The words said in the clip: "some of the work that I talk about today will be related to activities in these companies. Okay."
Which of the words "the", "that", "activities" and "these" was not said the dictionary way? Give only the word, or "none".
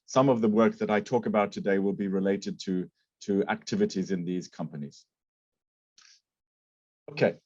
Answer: none